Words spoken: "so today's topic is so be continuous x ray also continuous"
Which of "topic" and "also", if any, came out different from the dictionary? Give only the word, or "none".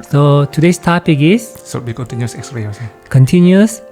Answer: also